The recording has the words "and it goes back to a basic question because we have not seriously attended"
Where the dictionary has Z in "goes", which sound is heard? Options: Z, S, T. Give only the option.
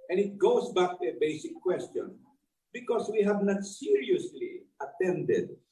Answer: S